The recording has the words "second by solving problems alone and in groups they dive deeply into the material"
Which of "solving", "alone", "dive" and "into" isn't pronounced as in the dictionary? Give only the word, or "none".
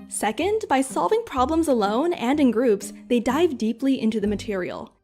none